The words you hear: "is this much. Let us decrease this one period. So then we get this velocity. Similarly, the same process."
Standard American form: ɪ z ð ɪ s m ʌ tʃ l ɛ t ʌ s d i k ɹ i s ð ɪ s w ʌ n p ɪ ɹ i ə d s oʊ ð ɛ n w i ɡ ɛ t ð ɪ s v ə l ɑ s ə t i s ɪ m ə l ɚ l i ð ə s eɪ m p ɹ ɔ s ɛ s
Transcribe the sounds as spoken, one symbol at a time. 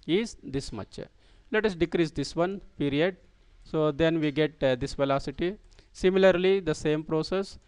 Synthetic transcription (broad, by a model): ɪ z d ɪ s m ʌ tʃ l ɛ t ʌ s d i k ɹ i s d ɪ s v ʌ n p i ɹ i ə d s oʊ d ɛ n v i ɡ ɛ t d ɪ s v ə l ɑ s ə t i s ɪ m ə l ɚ l i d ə s eɪ m p ɹ ɔ s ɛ s